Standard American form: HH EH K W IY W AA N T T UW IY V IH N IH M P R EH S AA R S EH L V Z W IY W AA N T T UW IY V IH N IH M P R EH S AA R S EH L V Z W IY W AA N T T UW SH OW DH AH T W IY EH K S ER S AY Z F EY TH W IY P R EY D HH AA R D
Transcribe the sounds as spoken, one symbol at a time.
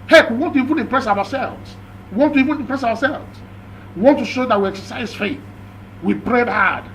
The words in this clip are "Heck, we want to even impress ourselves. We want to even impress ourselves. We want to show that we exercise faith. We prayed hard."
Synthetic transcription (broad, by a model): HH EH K W IY W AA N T T UW IY V IH N IH M P R EH S AA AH S EH L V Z W IY W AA N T T UW IY V IH N IH M P R EH S AA W S EH L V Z W IY W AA N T T UW SH OW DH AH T W IY EH K S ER S AY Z F EY TH W IY B R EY D HH AA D